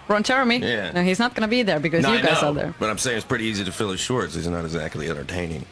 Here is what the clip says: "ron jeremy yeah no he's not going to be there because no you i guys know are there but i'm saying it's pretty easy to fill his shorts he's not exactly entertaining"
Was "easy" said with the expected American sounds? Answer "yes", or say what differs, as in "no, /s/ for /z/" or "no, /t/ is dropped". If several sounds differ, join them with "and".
yes